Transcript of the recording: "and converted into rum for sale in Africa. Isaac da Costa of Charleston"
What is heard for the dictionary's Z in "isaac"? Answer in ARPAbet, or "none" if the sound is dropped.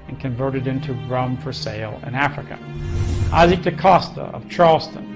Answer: Z